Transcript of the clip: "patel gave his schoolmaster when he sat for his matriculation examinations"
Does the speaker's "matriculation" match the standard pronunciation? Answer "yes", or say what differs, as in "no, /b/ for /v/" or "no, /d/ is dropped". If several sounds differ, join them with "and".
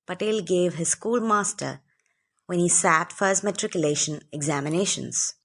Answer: yes